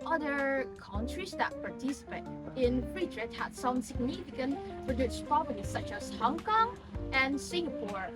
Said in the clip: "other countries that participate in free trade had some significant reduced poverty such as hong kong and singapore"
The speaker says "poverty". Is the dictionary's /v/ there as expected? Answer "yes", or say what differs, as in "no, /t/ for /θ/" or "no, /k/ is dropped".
no, /b/ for /v/